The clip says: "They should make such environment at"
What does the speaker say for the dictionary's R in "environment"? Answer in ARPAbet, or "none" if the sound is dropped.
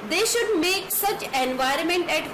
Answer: R